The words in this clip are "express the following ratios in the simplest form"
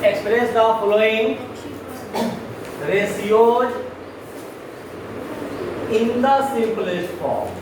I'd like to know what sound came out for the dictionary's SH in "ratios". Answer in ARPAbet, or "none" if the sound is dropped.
S